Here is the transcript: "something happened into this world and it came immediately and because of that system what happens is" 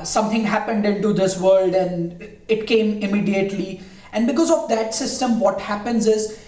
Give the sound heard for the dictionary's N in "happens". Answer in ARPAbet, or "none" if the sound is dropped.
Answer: N